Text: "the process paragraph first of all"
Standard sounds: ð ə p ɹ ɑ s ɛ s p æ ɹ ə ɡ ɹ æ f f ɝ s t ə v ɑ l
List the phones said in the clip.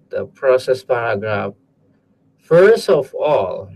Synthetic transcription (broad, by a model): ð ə p ɹ ɑ s ɛ s p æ ɹ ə ɡ ɹ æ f f ɝ s t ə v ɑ l